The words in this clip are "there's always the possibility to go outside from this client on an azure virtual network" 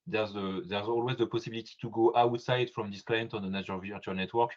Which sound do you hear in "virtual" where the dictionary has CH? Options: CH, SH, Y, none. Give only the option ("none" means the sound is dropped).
none